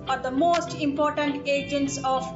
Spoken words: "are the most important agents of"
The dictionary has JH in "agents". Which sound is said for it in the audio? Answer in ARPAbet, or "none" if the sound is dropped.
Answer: JH